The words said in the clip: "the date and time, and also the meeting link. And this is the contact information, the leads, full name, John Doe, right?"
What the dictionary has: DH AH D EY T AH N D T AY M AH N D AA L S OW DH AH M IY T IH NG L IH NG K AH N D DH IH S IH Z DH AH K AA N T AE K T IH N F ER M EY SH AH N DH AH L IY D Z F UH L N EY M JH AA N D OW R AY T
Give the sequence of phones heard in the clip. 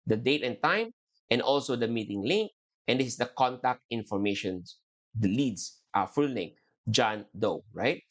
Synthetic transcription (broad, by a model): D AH D EY T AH N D T AY M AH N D AA L S OW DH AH M IY T IH NG L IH NG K AH N D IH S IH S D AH K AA N T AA K T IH N F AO M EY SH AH N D L IY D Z F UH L L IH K JH AA N D OW R AY T